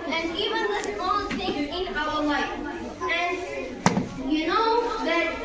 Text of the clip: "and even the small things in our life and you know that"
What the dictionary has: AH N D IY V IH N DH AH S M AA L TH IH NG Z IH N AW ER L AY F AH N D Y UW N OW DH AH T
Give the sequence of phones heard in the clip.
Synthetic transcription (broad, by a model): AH N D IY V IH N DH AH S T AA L S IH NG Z IH N AW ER L AY F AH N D Y UW N OW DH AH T